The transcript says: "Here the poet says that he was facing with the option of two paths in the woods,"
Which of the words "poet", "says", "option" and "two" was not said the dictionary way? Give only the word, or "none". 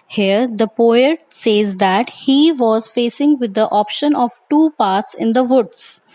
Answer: none